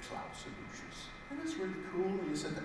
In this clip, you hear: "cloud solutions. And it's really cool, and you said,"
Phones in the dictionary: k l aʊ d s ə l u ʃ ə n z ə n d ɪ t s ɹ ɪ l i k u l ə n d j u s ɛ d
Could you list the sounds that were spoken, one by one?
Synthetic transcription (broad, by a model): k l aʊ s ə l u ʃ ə z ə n ɪ t s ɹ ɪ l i k u l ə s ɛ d